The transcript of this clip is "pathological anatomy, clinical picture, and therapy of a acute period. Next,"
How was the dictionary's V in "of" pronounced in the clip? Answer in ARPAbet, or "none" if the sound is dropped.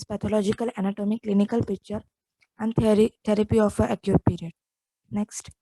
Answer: F